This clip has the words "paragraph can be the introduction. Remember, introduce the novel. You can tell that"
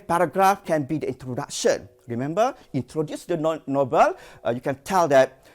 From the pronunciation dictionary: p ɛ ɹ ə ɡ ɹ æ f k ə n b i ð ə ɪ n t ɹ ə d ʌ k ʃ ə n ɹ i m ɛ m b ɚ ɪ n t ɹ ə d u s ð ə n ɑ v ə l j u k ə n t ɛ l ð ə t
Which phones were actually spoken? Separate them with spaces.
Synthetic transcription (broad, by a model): p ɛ ɹ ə ɡ ɹ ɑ f k ə n b i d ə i n t ɹ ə d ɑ k ʃ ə n ɹ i m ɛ m b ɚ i n t ɹ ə d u s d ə n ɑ b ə l j u k ə n t ɛ l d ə t